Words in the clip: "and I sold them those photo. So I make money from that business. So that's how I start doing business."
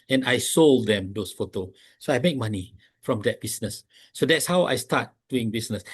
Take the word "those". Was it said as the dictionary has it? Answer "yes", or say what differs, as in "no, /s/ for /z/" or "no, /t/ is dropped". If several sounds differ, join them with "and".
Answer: no, /s/ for /z/